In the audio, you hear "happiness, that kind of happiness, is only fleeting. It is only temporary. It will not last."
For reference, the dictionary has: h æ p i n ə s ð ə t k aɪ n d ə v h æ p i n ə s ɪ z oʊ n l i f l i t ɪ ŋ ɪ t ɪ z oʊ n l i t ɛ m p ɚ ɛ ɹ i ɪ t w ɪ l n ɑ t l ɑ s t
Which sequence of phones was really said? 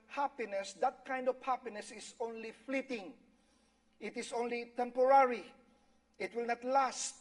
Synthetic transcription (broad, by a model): h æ p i n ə s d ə t k aɪ n d ə v h æ p i n ə s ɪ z oʊ n l i f l i t ɪ ŋ ɪ t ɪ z oʊ n l i t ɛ m p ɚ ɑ ɹ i ɪ t w ɪ l n ɑ t l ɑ s t